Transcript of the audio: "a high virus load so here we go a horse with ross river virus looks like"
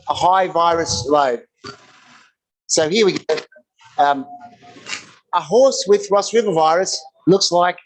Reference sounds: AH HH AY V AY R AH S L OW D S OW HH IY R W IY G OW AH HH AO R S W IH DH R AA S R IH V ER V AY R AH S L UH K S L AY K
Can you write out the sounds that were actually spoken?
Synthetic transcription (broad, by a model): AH HH AY V AY R AH S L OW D S OW HH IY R W IY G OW AH HH AO R S W IH DH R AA S R IH V ER V AY R AH S L UH K S L AY K